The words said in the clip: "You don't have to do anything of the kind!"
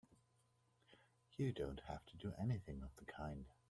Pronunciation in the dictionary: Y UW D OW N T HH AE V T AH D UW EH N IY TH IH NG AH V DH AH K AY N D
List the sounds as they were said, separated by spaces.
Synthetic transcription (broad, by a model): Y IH D OW N T HH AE F T AH D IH EH N IY TH IH NG AH V DH AH K AY N D